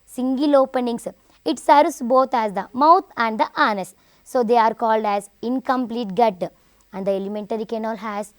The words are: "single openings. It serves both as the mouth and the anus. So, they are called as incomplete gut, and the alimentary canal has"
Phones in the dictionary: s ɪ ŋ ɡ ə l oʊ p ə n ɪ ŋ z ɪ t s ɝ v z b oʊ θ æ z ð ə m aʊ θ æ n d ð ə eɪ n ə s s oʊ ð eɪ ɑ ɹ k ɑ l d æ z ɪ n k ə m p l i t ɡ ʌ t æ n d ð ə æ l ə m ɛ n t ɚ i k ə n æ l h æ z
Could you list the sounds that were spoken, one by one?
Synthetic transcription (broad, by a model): s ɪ ŋ ɡ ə l oʊ p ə n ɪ ŋ s ɪ t s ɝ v s b oʊ t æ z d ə m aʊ t æ n d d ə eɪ n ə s s oʊ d eɪ ɑ ɹ k ɑ l d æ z ɪ n k ə m p l i t ɡ ʌ t æ n d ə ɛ l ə m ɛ n t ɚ i k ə n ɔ l h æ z